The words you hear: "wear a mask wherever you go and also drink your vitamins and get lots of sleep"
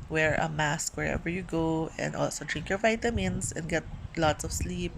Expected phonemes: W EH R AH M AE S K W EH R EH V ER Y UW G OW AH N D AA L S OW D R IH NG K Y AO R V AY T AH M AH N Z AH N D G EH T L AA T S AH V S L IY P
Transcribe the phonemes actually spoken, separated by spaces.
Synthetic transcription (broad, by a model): W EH R AH M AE S K W EH R EH V ER Y UW G OW AH N D AA L S OW D R IH NG K Y AO R V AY T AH M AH N S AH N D G EH T L AA T S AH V S L IY P